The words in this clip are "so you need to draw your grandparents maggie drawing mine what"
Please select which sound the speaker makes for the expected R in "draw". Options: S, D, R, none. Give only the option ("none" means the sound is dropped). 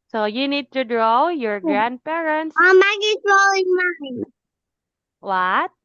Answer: R